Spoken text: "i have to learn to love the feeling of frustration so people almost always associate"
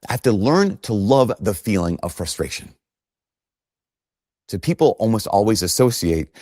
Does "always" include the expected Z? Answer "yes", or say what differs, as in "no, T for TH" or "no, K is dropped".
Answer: yes